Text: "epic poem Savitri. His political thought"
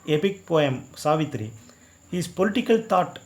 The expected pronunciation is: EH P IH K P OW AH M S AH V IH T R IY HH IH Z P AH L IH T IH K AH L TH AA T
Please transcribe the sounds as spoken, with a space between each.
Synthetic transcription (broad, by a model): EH P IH K P OW AH M S AH V IH T R IY HH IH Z P AH L IH T IH K AH L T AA T